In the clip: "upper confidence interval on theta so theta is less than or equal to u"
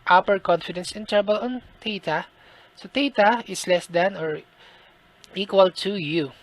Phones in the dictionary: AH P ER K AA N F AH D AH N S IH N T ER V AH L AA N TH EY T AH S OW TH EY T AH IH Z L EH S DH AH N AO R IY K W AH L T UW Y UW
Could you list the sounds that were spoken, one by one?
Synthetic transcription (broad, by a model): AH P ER K AA N F AH D AH N S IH N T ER B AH L AA N T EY T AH S OW T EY T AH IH S L EH S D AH N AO R IY K W AH L T UW Y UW